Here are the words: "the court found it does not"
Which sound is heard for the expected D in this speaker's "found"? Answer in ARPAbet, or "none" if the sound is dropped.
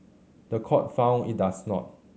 none